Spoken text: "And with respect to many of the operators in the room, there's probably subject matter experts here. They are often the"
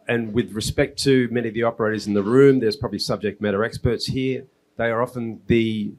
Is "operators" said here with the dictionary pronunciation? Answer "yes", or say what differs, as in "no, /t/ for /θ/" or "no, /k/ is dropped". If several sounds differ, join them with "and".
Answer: yes